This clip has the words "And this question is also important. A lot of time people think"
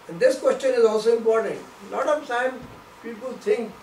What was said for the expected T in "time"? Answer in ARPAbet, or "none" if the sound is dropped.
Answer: S